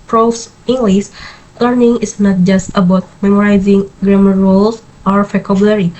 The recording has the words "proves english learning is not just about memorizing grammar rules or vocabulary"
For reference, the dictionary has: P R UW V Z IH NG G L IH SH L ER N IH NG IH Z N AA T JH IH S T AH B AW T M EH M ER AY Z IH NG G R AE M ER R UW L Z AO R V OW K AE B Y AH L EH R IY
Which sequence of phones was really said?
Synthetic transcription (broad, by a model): P R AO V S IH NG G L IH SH L ER N IH NG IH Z N AA T JH IH S T AH B AW T M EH M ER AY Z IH NG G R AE M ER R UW L S AO R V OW K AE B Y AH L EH R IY